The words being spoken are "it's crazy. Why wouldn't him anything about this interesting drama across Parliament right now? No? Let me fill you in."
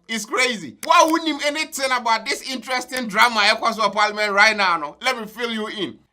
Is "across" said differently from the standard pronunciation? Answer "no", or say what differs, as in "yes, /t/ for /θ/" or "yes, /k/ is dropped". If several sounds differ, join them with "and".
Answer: yes, /ɹ/ is dropped